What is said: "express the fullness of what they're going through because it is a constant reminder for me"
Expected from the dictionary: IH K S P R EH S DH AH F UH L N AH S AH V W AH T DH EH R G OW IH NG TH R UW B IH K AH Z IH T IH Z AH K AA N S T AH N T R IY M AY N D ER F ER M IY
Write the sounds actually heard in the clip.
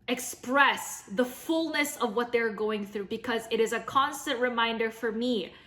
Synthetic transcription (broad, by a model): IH K S P R EH S DH AH F UH L N AH S AH V W AH T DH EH R G OW IH NG TH R UW B IH K AH Z IH T IH Z AH K AA N S T AH N T R IY M AY N D ER F ER M IY